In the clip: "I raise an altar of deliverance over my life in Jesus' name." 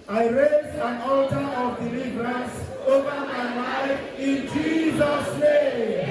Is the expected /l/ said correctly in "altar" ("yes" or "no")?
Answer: yes